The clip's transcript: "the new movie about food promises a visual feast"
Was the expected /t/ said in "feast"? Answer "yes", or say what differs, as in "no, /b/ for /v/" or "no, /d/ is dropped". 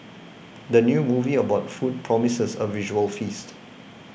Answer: yes